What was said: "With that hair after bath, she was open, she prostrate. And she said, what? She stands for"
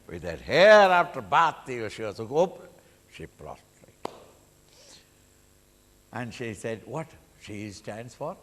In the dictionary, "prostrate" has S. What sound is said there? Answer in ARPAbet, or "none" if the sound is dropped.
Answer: none